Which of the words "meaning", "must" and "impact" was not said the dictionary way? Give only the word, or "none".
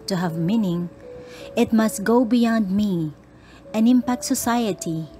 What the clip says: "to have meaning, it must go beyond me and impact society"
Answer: none